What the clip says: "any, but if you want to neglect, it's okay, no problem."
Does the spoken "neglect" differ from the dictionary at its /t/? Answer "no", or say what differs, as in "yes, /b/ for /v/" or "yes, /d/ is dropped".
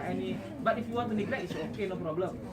yes, /t/ is dropped